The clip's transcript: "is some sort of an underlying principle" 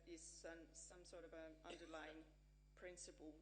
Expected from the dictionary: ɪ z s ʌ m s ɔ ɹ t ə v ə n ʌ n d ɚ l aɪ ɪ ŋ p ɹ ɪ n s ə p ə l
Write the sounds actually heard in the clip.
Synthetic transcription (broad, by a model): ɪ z s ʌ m s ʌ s t ə v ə ʌ n d ɚ l aɪ ɪ ŋ p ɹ ɪ n s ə p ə l